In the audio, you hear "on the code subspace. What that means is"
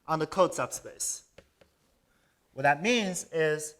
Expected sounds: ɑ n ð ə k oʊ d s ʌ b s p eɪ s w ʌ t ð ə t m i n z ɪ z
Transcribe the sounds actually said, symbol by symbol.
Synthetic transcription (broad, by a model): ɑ n ð ə k oʊ d s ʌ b s p eɪ s w ʌ t ð ə t m i n z ɪ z